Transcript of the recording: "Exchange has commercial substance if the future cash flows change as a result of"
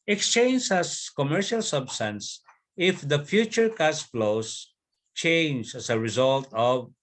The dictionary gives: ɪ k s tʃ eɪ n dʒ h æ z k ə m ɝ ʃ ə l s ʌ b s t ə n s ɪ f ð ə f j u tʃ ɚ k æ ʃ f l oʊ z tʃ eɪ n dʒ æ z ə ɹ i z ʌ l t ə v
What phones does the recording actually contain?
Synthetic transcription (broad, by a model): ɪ k s tʃ eɪ n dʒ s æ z k ə m ɝ ʃ ə l s ʌ b s t ə n s ɪ f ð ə f j u tʃ ɚ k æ s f l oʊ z tʃ eɪ n dʒ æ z ə ɹ i z ʌ l t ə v